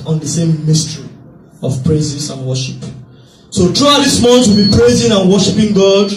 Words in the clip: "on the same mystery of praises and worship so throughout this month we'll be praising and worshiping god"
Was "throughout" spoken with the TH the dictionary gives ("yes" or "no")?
no